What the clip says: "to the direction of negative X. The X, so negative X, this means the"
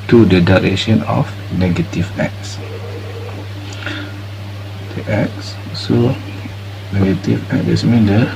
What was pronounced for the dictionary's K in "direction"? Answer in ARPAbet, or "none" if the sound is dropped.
none